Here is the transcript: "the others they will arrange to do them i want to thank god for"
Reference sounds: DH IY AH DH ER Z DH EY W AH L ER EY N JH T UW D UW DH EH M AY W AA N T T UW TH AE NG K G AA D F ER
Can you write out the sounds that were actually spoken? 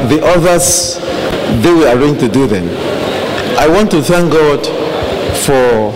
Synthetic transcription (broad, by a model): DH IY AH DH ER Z DH EY W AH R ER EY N T UW D UW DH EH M AY W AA N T T UW TH AE NG K G AA D F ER